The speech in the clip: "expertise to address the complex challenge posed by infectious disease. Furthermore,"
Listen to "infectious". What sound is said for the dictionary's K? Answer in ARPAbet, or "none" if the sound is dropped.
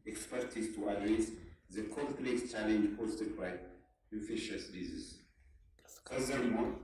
none